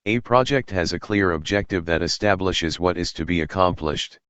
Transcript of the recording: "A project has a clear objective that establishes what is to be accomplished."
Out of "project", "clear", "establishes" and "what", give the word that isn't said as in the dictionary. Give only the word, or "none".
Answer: none